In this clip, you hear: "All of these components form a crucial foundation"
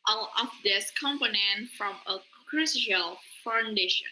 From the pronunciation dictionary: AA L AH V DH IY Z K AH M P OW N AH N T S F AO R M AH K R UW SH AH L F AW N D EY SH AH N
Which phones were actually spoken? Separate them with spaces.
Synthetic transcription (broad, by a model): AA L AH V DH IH S K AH M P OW N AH N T F R M AH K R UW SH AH L F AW N D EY SH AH N